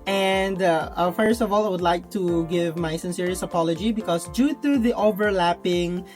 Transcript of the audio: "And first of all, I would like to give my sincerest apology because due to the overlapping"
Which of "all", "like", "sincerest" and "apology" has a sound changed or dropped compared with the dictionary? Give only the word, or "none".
sincerest